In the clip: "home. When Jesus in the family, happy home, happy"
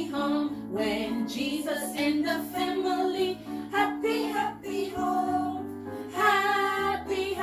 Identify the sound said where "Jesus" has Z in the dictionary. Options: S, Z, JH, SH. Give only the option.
Z